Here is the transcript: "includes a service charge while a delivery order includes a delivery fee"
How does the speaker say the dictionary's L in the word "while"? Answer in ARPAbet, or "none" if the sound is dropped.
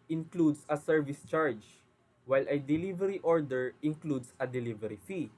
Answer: L